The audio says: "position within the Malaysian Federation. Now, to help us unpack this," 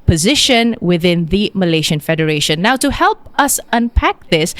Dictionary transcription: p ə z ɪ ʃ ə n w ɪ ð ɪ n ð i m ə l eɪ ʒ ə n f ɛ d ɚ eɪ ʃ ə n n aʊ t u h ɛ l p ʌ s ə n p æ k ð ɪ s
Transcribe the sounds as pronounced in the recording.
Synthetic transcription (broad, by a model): p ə z ɪ ʃ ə n w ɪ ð ɪ n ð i m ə l eɪ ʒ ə n f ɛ d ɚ eɪ ʃ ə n n aʊ t u h ɛ l p ʌ s ə n p æ k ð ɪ s